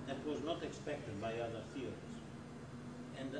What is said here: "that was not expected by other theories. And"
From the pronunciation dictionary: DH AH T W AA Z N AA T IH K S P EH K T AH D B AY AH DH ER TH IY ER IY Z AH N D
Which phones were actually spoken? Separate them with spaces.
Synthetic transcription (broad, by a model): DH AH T W AA Z N AA T IH K S P EH K T AH D B AY AH DH ER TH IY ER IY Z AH N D